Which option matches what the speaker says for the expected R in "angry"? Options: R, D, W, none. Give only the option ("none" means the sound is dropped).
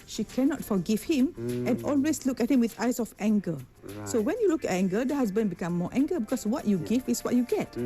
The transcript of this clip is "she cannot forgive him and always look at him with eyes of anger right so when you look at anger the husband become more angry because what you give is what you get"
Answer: none